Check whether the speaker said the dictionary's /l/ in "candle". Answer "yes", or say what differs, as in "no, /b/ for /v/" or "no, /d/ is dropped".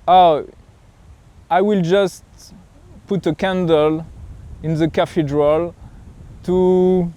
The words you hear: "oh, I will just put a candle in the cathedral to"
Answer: yes